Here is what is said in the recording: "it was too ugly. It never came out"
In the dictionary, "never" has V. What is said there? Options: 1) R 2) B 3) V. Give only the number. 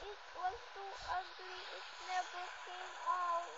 2